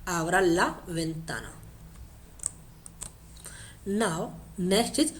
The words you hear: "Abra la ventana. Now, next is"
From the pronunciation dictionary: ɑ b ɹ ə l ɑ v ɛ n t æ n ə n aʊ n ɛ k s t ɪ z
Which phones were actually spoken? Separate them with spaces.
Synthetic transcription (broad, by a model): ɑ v ɹ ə l ɑ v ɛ n t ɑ n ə n aʊ n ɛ s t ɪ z